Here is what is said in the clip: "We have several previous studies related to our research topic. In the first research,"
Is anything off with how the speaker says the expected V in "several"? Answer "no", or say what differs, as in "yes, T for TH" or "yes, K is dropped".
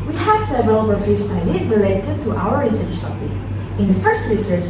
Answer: no